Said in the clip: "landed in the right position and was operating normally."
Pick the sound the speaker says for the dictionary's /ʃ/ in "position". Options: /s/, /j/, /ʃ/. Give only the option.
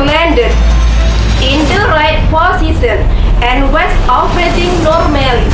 /s/